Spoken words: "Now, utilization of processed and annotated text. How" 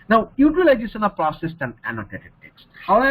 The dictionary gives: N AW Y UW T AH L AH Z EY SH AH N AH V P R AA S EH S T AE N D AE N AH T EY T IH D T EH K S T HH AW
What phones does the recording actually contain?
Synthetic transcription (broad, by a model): N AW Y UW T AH L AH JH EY S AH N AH P R AA S EH S T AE N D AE N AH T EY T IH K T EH K S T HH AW